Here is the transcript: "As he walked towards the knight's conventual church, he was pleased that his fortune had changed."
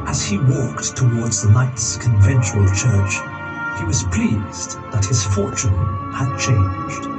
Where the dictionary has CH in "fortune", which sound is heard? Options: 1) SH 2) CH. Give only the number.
2